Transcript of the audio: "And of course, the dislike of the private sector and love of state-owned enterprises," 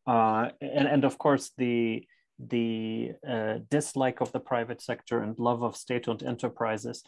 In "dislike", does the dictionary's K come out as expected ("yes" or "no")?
yes